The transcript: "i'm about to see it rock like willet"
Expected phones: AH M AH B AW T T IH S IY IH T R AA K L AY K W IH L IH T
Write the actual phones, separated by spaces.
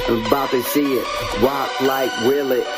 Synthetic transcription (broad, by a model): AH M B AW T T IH S IY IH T W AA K L AY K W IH L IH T